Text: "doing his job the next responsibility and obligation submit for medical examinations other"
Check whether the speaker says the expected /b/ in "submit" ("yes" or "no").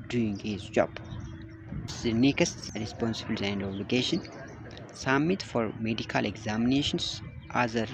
no